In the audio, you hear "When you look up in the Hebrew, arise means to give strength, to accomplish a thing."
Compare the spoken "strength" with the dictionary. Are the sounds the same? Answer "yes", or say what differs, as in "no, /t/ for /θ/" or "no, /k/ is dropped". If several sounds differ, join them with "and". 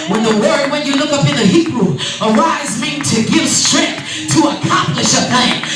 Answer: yes